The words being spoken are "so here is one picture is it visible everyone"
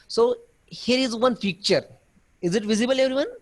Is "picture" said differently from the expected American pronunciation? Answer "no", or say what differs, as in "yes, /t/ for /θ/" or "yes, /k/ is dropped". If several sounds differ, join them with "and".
yes, /f/ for /p/